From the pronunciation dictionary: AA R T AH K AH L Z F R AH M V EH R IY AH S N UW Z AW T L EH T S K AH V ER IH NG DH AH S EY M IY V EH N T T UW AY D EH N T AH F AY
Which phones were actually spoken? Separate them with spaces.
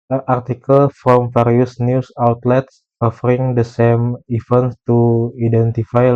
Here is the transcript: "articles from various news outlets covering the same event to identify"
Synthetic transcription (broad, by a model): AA R T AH K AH L F R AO M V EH R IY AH S N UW S AW T L EH T S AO F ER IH NG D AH S EY M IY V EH N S T UW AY D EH N T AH F AY